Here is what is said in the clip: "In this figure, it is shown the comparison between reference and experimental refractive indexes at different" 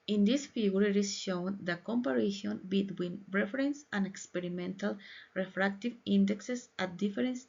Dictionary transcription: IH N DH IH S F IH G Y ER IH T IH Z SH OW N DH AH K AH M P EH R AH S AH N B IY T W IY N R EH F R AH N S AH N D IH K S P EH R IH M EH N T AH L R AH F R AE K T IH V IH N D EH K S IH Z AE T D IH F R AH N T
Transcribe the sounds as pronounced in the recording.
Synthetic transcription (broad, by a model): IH N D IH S F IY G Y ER IH T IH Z SH OW N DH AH K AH M P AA R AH SH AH N B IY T W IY N R EH F R AH N S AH N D IH K S P EH R IH M EH N T AH L R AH F R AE K T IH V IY N D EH K S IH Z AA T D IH F R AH N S